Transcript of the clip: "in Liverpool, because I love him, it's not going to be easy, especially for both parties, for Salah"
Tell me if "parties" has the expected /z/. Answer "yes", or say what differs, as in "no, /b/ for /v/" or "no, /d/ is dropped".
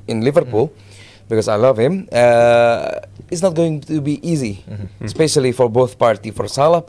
no, /z/ is dropped